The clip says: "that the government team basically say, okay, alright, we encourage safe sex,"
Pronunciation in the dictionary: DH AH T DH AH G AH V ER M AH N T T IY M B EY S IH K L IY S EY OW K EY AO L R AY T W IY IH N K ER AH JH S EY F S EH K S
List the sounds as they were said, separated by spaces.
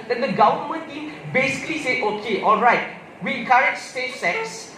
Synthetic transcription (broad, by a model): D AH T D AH G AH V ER M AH N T T IY M B EY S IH K L IY S EY OW K EY AO L R AY T W IY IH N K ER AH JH S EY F S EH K S